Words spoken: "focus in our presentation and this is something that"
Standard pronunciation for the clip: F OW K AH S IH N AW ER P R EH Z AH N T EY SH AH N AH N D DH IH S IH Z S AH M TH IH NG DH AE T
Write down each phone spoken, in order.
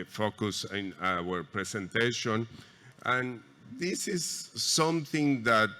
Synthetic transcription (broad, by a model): F OW K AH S IH N AW ER P R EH S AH N T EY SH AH N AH N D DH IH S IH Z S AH M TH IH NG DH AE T